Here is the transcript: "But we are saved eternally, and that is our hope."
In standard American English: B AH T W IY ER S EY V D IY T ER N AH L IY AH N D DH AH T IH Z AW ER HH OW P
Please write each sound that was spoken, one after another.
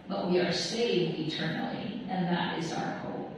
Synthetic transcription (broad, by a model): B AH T W IY ER S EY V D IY T ER N L IY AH N DH AH T IH Z AW ER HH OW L